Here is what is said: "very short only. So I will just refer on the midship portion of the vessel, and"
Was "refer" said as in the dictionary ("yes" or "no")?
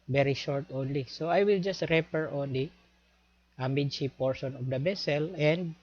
no